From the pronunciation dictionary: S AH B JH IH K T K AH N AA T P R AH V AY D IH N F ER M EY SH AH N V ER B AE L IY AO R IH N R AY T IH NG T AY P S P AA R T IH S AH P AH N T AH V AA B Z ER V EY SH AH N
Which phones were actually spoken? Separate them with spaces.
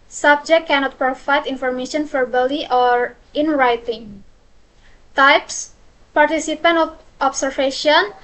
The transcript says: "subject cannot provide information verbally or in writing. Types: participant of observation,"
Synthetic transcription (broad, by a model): S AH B JH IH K K AH N AA T P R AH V AY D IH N F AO M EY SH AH N F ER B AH L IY AO R IH N R AY T IH NG T AY P S P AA R T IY S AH P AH N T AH F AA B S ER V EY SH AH N